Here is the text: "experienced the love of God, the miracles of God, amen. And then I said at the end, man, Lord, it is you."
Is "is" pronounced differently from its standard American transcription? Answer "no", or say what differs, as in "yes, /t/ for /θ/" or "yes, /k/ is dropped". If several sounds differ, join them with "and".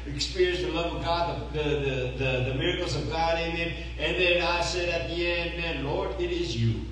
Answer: no